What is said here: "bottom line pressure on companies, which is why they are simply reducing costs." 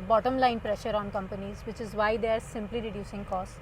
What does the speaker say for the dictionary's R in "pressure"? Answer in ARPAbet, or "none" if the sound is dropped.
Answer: R